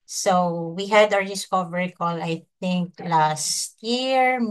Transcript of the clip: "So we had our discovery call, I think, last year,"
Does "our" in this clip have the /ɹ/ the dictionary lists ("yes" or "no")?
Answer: yes